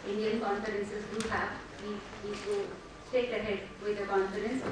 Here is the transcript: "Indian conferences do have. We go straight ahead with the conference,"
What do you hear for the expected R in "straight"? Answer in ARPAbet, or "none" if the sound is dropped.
none